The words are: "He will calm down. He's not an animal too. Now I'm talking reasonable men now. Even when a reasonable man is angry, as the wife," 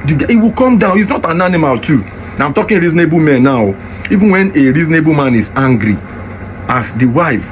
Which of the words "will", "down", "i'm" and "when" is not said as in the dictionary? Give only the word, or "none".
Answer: will